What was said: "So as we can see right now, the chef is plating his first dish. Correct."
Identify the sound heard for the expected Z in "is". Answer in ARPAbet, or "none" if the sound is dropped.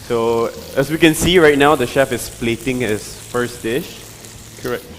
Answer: S